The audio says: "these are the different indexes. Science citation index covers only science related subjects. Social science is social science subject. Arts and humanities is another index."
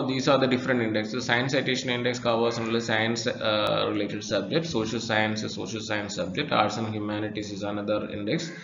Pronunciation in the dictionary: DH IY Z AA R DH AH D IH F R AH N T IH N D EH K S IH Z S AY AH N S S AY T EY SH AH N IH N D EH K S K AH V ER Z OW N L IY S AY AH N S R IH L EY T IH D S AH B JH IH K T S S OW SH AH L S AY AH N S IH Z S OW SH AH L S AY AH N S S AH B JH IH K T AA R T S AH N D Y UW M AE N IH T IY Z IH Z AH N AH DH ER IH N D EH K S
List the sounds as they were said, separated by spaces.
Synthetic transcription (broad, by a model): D IY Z AA R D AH D IH F R AH N T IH N D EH K S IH S AY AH N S S AY T EY SH AH N IH N D EH K S K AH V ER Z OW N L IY S AY AH N S R IH L EY T IH D S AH B JH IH K T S S OW SH AH L S AY AH N S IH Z S OW SH AH L S AY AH N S S AH B JH IH K T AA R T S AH N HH Y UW M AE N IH T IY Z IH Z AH N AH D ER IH N D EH K S